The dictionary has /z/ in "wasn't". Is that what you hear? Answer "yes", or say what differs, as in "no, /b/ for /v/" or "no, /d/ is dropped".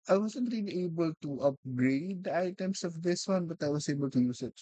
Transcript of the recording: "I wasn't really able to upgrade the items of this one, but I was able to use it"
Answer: no, /s/ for /z/